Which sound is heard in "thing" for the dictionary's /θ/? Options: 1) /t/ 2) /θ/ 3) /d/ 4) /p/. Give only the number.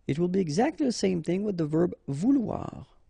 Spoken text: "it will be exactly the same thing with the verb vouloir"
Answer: 2